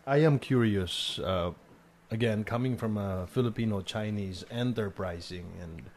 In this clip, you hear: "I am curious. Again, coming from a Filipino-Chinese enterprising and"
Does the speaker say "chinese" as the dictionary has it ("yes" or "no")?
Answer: yes